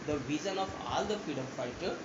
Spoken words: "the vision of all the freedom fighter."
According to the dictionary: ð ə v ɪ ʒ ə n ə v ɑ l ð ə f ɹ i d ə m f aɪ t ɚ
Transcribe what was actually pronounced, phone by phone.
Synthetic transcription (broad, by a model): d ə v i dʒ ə n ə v ɑ l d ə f i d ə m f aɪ t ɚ